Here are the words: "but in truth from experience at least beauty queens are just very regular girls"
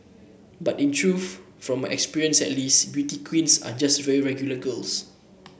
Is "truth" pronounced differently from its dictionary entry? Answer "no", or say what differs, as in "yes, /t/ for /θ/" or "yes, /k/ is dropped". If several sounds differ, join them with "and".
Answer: yes, /f/ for /θ/